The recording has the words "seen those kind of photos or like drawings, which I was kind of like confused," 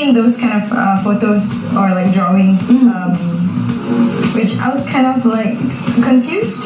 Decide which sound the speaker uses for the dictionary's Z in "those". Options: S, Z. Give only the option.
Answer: S